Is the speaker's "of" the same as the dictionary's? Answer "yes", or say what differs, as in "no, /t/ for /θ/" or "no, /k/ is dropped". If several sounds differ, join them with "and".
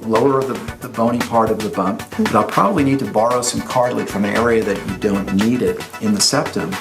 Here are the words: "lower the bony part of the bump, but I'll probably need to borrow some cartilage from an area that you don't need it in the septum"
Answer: yes